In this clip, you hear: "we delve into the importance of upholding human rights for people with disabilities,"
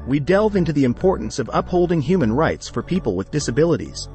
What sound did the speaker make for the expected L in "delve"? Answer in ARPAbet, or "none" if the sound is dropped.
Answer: L